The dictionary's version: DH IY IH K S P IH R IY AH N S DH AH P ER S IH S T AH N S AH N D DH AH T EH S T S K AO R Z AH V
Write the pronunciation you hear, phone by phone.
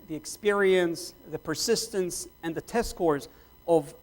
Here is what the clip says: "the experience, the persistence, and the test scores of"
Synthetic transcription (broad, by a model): DH IY IH K S P IH R IY AH N S DH AH P ER S IH S T AH N S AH N DH AH T EH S S K AO R Z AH V